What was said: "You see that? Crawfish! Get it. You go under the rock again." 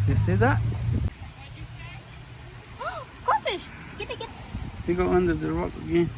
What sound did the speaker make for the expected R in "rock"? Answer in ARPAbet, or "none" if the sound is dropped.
R